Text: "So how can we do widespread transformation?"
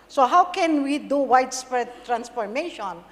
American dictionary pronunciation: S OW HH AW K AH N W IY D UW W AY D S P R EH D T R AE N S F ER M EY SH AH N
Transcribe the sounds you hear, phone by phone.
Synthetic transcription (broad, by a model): S OW HH AW K AH N W IY D UW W AY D S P EH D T R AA N S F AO M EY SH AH N